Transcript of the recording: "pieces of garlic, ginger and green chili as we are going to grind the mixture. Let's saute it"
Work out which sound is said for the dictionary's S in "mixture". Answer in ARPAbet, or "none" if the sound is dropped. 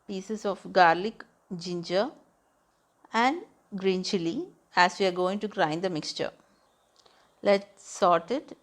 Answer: S